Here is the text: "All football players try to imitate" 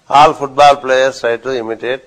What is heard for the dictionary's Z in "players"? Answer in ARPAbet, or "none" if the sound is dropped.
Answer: none